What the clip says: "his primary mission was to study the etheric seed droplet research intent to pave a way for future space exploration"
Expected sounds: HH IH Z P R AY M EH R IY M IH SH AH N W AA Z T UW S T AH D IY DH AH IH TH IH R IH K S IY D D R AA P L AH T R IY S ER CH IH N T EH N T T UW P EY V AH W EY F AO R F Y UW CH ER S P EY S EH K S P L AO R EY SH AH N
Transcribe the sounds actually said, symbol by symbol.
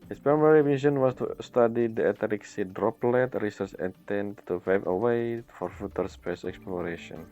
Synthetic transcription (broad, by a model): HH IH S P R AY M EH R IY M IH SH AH N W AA S T UW S T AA D IY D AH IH T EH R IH K S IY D D R AA P L AH T R IY S ER CH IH T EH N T T UW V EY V AH W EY F AO R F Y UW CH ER S P EY S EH K S P L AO R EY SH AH N